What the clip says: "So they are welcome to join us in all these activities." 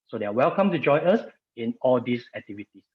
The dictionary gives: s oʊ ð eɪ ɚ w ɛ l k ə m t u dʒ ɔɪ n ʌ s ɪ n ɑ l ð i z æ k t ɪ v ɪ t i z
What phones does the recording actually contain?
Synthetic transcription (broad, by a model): s oʊ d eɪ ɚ w ɛ l k ə m t u dʒ ɔɪ ʌ s ɪ n ɑ l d i s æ k t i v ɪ t i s